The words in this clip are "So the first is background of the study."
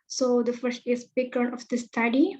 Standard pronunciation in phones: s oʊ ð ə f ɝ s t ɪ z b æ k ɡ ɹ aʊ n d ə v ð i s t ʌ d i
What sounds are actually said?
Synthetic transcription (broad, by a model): s oʊ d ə f ɝ s t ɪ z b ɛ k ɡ ɹ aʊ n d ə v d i s t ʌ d i